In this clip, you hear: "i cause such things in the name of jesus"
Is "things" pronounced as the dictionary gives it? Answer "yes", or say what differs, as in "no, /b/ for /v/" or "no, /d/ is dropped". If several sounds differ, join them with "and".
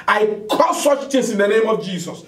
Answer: no, /t/ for /θ/ and /s/ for /z/